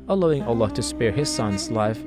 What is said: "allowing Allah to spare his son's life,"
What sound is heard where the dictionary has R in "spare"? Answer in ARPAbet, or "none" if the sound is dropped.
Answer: R